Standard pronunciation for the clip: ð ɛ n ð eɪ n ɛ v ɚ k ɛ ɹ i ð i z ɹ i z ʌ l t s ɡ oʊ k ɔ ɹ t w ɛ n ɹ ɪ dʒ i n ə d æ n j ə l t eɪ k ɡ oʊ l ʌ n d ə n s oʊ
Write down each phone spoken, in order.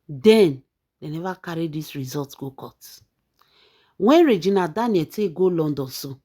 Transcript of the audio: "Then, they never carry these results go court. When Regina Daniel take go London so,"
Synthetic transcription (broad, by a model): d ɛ n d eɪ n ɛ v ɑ k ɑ ɹ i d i s ɹ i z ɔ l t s ɡ oʊ k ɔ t w ɛ n ɹ ɪ dʒ i n ə d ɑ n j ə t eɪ ɡ oʊ l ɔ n d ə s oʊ